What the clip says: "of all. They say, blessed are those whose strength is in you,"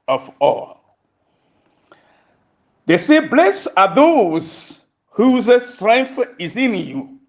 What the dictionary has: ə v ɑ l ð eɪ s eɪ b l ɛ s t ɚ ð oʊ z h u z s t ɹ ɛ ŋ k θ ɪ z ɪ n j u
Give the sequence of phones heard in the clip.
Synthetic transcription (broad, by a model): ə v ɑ l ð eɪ s eɪ b l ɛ s ɑ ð oʊ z h u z s t ɹ ɛ ŋ k θ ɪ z ɪ n j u